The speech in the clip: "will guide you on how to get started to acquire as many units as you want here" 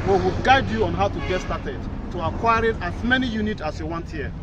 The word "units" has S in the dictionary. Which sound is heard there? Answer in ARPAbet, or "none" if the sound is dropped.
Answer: none